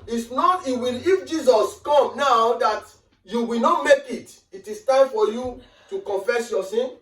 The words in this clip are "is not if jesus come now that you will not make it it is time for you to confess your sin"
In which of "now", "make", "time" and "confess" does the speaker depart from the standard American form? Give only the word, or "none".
none